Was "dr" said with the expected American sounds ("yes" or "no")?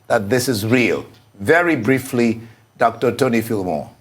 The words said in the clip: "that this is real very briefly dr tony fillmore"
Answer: yes